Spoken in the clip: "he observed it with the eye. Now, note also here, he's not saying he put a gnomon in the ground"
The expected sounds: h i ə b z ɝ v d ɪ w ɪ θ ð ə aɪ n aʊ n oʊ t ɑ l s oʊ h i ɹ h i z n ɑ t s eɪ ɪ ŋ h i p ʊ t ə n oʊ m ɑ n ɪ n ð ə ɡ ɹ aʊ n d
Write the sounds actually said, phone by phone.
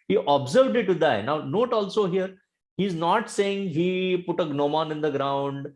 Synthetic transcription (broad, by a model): h i ə b z ɝ v d ɪ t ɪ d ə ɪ n aʊ n oʊ t ɑ l s oʊ h i ɹ h i z n ɑ t s eɪ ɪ ŋ h i p ʊ t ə n oʊ m ɑ n ɪ n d ə ɡ ɹ aʊ n d